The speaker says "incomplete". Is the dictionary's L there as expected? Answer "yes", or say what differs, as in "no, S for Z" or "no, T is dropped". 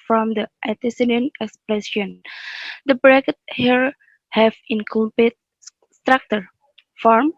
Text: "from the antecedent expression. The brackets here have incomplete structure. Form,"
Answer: no, L is dropped